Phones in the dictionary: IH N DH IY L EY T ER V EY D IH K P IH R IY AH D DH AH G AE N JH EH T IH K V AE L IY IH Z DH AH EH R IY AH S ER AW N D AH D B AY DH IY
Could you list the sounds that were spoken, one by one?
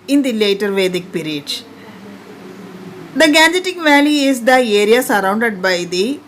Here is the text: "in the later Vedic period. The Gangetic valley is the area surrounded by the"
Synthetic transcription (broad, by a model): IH N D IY L EY T ER V EY D IH K P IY R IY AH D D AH G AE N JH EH T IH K V AE L IY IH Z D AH EH R IY AH S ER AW N D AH D B AY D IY